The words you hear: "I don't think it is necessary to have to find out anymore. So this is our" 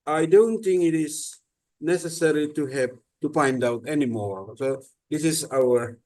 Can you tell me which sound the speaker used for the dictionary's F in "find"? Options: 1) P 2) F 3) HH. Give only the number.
1